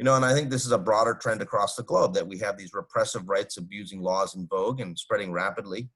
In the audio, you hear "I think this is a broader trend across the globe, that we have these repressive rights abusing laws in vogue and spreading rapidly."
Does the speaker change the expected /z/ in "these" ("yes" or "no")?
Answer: no